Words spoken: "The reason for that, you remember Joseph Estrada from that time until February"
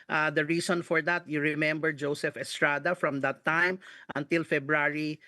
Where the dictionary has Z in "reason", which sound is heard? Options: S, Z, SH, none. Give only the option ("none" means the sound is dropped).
S